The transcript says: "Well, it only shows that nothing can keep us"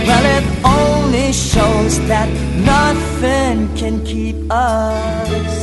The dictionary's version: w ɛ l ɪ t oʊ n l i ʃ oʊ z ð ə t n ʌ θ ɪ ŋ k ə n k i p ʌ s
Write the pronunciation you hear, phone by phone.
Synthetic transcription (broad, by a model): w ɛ l ɪ t oʊ n l i ʃ oʊ z ð ə t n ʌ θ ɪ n k ə n k i p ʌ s